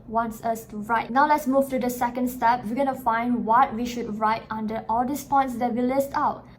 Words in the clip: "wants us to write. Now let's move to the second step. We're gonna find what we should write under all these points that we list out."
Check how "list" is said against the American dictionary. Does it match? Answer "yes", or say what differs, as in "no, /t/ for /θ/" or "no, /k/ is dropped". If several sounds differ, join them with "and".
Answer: yes